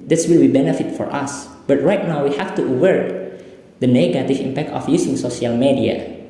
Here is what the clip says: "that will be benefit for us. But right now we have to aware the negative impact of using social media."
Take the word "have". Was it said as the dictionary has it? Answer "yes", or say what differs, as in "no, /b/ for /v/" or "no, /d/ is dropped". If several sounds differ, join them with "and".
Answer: no, /f/ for /v/